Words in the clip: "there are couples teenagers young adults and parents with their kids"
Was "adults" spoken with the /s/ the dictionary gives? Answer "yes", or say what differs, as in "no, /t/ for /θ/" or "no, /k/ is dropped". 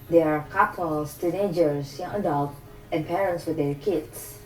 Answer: no, /s/ is dropped